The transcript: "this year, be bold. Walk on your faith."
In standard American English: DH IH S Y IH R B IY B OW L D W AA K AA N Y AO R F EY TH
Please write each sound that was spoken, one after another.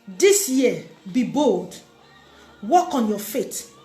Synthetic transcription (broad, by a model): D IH S Y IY B IY B OW L D W AA K AA N Y AO F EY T